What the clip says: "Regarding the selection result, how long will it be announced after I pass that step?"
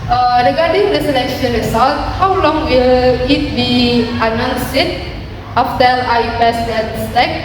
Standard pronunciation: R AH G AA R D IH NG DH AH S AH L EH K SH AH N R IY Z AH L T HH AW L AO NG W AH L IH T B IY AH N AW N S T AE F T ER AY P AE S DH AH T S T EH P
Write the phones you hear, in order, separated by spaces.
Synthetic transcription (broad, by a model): R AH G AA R D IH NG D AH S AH N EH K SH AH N R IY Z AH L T HH AW L AO NG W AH L IH T B IY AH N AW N S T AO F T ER AY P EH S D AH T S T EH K